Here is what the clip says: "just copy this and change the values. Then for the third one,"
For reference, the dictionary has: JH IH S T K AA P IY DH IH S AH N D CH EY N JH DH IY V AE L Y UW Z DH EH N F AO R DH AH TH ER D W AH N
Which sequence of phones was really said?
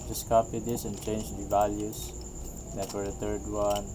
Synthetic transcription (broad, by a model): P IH S K AA P IY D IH S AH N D CH EY N JH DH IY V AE L Y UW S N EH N F AO R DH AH T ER D W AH N